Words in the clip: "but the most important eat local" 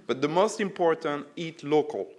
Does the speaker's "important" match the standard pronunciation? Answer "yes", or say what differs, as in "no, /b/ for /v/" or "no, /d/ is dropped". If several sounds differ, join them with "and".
yes